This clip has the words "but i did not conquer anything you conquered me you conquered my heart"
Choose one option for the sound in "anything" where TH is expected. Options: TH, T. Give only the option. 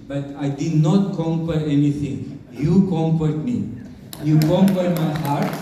T